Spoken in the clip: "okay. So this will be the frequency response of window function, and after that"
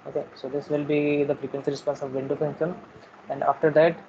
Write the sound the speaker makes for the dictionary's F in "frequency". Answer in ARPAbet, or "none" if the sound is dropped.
P